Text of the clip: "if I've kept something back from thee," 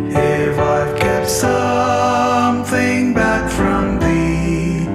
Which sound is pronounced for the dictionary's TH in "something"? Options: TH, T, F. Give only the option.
TH